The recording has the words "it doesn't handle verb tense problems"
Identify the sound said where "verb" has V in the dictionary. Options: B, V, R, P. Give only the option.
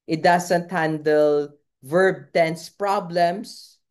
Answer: V